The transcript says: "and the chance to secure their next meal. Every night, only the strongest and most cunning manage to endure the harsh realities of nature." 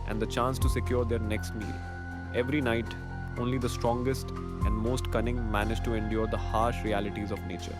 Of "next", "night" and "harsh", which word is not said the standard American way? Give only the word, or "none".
none